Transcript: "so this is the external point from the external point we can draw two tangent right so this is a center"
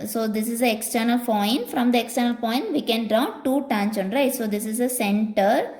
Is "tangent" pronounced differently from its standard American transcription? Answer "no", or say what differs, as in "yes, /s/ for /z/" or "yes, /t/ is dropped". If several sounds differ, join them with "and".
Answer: yes, /tʃ/ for /dʒ/